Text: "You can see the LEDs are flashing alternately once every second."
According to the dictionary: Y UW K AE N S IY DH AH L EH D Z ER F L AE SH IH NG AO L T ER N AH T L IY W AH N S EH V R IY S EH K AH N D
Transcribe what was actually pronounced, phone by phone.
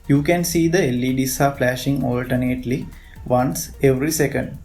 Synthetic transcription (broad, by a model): Y UW K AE N S IY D AH L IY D S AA F L AE SH IH NG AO L T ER N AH T L IY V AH N S EH V R IY S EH K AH N D